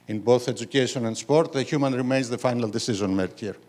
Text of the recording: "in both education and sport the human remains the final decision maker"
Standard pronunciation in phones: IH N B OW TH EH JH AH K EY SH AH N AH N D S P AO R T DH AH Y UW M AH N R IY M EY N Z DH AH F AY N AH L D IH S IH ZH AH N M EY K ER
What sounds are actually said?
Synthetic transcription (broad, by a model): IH N B OW TH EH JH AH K EY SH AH N AH N D S P AO R T DH AH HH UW M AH N R IY M EY N Z DH AH F AY N AH L D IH S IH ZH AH N M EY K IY